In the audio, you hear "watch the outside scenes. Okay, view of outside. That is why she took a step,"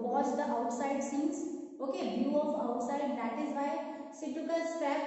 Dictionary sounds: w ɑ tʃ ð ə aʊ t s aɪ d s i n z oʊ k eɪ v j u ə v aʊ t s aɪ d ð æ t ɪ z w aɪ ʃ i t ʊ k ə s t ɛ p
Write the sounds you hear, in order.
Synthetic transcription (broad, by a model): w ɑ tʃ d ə aʊ t s aɪ d s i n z oʊ k eɪ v j u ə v aʊ t s aɪ d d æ t ɪ z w aɪ s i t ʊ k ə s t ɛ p